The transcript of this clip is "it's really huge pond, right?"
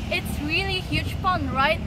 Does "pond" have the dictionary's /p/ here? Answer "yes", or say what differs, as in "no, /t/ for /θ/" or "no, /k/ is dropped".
no, /f/ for /p/